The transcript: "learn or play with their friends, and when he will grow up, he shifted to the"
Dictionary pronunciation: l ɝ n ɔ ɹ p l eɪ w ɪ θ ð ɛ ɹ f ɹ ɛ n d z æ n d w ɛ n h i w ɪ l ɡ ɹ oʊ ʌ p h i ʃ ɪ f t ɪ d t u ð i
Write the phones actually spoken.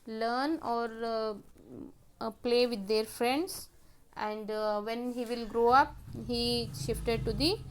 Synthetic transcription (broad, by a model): l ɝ n ɔ ɹ p l eɪ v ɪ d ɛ ɹ f ɹ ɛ n d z æ n d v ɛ n h i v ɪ l ɡ ɹ oʊ ʌ p h i ʃ ɪ f t ɪ d t u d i